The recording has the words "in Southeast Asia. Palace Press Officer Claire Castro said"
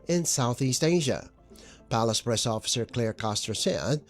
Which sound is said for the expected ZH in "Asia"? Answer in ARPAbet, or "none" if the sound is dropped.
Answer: ZH